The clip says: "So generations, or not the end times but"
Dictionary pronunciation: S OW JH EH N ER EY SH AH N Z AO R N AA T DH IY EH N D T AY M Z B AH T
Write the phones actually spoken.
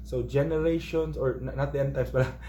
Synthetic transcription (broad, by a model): S OW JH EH N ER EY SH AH N S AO R N AA T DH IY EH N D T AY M S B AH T